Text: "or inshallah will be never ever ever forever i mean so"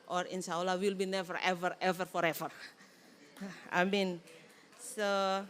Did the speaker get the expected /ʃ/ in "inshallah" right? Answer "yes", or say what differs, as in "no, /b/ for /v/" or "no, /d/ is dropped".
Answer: no, /s/ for /ʃ/